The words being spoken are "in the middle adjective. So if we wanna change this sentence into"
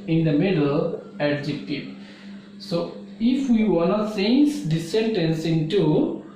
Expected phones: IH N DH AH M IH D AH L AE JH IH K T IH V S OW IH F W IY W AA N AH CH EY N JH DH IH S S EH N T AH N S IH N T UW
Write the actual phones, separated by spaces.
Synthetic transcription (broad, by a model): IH N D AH M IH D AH L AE JH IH K T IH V S OW IH F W IY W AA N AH S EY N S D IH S S EH N T AH N S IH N T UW